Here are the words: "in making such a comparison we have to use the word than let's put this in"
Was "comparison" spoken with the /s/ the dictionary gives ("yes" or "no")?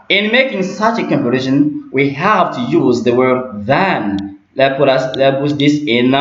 no